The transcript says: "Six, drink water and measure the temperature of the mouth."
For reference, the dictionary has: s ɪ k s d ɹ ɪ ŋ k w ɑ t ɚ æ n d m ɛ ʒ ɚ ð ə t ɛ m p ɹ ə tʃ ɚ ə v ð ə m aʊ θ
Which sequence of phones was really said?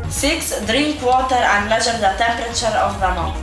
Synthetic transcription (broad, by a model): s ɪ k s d ɹ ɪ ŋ k w ɑ t ɚ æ n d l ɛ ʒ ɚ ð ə t ɛ m p ɹ ə tʃ ɚ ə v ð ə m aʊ